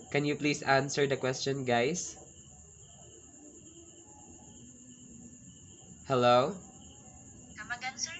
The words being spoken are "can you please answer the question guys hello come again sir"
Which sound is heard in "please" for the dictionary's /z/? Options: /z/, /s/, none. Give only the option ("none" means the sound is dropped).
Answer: /s/